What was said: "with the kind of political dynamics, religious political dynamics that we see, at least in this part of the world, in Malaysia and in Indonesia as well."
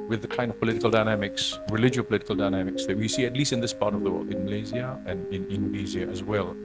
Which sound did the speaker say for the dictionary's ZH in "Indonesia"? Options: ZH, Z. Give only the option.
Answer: Z